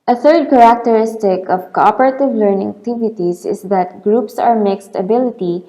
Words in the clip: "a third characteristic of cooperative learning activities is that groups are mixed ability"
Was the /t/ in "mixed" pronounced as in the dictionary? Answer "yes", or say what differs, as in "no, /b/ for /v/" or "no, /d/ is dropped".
yes